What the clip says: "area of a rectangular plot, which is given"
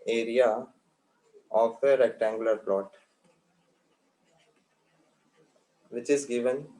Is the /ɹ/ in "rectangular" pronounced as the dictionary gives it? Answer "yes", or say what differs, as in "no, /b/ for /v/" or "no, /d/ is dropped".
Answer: yes